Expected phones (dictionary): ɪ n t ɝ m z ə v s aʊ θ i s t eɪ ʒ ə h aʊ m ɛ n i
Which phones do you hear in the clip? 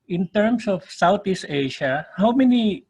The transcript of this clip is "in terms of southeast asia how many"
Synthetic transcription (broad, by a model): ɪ n t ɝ m s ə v s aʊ t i s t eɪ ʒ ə h aʊ m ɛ n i